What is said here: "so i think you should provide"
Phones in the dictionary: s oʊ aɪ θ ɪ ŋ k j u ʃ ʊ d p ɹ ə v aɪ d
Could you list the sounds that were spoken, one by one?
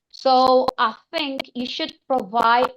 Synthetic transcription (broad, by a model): s oʊ aɪ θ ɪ ŋ k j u ʃ ʊ d p ɹ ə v aɪ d